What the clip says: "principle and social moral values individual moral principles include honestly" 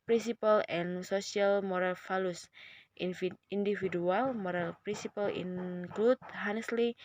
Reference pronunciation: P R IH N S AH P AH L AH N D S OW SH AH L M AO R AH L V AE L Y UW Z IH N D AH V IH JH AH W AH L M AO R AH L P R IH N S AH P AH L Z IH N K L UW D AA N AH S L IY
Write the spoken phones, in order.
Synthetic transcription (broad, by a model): P R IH N S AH P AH L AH N S OW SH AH L M AO R AH L F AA L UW S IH N D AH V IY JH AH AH L M AO R AH L P R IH N S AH P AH L IH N K L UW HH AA N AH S L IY